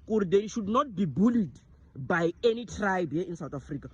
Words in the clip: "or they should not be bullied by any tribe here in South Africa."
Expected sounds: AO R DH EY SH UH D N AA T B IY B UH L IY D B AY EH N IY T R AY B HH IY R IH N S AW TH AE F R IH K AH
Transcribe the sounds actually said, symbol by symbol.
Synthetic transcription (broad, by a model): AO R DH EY SH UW D N AA T B IY B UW L IY D B AY EH N IY T R AY B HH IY IH N S AW T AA F R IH K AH